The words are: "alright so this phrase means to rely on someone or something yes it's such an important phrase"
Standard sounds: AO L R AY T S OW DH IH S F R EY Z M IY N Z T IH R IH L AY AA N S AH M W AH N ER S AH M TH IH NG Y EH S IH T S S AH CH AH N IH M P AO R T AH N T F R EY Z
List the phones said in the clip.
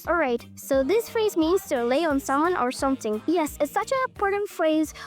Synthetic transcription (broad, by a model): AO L R AY T S OW DH IH S F R EY Z M IY N Z T IH L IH IH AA N S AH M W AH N ER S AH M TH IH NG Y EH S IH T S S AH CH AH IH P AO R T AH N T F R EY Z